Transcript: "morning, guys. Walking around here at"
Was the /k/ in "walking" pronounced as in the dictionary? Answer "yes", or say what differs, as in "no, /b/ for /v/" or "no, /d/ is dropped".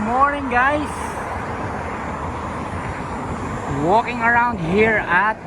yes